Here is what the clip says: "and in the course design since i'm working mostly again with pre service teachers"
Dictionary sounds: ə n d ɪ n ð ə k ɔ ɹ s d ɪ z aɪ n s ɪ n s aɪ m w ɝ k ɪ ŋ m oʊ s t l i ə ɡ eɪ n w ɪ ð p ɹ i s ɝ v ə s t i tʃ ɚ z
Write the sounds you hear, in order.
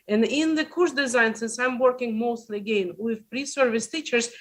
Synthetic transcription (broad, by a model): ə n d ɪ n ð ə k ɔ ɹ s d ɪ z aɪ n s ɪ n s aɪ m w ɝ k ɪ ŋ m oʊ s t l i ə ɡ eɪ n w ɪ ð p ɹ i s ɝ v ə s t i tʃ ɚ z